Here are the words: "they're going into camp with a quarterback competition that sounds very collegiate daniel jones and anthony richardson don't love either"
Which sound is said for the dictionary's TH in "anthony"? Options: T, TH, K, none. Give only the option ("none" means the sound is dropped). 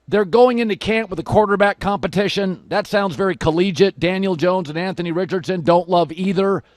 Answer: TH